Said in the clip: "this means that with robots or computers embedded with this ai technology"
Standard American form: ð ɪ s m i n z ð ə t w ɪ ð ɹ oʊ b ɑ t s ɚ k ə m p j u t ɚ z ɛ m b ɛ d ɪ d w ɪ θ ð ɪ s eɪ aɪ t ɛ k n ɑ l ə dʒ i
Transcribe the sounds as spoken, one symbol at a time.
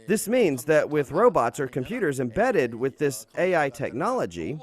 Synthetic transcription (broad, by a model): ð ɪ s m i n z ð ə t w ɪ ð ɹ oʊ b ɑ t s ɚ k ə m p j u t ɚ z ɛ m b ɛ d ɪ d w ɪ ð ɪ s eɪ aɪ t ɛ k n ɑ l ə dʒ i